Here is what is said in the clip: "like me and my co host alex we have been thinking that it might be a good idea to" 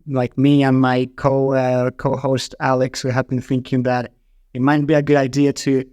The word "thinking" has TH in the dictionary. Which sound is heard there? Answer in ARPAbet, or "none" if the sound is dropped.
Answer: TH